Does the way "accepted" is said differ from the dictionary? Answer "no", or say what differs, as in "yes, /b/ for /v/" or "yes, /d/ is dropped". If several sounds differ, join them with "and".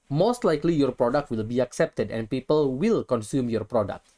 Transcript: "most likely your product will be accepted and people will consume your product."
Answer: no